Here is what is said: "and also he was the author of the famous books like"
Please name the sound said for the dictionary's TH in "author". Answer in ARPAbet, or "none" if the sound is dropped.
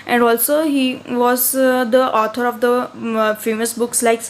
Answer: T